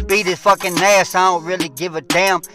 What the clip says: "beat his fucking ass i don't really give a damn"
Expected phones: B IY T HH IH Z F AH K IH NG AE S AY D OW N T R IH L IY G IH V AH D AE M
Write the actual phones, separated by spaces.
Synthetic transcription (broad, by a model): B IY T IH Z F AH K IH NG AE S AY D OW N T R IH L IY G IH V AH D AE M